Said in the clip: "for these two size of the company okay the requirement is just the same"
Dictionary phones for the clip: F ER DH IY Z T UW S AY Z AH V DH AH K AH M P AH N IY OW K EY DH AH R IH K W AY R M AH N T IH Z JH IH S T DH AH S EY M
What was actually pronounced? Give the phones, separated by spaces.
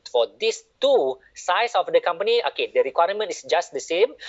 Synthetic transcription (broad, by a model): F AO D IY S T UW S AY S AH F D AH K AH M P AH N IY OW K EY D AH R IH K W AY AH M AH N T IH S JH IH S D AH S EY M